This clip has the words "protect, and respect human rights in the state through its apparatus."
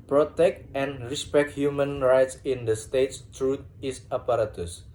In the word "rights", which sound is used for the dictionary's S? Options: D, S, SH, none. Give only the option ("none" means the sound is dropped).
S